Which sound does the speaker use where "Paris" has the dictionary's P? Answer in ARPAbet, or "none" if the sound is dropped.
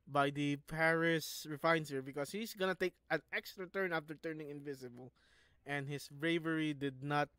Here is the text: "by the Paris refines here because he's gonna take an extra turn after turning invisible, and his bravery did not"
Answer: P